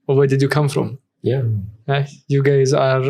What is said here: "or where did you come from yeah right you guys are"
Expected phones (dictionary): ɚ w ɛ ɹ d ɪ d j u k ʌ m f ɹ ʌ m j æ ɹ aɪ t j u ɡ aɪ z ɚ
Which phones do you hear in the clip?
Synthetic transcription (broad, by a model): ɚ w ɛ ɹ d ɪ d j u k ʌ m f ɹ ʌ m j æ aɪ j u ɡ aɪ z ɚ